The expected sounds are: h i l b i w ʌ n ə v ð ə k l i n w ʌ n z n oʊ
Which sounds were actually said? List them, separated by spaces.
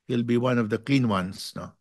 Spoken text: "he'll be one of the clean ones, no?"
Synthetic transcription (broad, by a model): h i l b i w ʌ n ə v ð ə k i n w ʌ n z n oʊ